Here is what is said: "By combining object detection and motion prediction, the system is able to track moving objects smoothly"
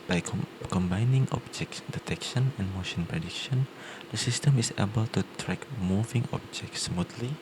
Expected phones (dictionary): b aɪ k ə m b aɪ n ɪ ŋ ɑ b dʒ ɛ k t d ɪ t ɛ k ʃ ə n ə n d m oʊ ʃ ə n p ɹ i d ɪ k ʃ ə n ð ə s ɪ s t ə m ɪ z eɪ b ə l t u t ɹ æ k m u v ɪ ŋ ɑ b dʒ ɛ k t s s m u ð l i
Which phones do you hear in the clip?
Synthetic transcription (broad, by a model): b aɪ k ə m b aɪ n ɪ ŋ ɑ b dʒ ɛ k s d ɪ t ɛ k ʃ ə n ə n m oʊ ʃ ə n p ɹ i d ɪ k ʃ ə n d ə s ɪ s t ə m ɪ s eɪ b ə l t u t ɹ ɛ k m u v ɪ ŋ ɑ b dʒ ɛ k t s s m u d l i